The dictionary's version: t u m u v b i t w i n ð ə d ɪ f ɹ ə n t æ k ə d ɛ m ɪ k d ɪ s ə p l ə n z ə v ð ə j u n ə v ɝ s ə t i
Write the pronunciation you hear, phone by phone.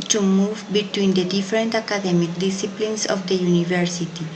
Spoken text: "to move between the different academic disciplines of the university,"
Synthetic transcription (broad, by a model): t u m u v b i t w i n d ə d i f ɹ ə n t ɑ k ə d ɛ m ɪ k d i s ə p l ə n s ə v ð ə j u n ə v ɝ s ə t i